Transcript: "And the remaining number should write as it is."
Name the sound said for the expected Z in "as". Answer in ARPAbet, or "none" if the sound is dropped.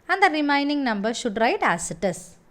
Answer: S